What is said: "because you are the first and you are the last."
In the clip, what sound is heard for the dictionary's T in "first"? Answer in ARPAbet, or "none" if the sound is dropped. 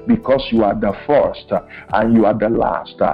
T